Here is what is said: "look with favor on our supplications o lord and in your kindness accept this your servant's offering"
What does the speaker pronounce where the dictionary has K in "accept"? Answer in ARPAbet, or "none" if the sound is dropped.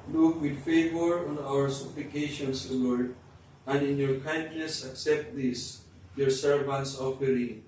K